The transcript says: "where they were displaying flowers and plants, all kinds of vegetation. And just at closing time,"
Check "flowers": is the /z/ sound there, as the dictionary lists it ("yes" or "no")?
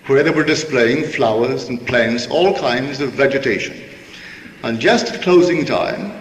yes